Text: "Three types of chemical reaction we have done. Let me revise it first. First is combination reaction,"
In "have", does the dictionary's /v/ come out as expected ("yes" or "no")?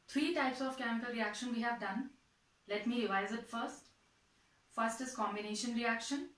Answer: yes